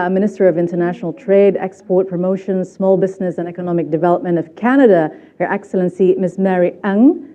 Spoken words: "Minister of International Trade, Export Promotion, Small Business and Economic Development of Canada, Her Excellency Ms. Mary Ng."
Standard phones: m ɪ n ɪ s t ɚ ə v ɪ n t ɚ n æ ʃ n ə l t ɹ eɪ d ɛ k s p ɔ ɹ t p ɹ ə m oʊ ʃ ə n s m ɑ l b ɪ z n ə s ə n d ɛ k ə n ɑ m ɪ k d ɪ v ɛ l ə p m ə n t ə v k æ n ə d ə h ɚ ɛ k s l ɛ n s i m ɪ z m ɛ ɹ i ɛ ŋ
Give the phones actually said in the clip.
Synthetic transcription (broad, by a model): m ɪ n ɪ s t ɚ ə v ɪ n t ɚ n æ ʃ n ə l t ɹ eɪ d ɛ k s p ɔ ɹ t p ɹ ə m oʊ ʃ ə n s m ɑ l b ɪ z n ə s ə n ɛ k ə n ɑ m ɪ k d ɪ v ɛ l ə p m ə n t ə v k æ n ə d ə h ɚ ɛ k s l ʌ n s i m ɪ s m ɛ ɹ i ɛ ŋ